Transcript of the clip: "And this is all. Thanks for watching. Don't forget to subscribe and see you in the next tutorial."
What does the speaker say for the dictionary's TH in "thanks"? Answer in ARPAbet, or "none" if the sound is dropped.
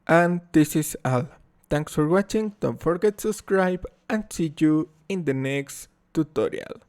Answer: T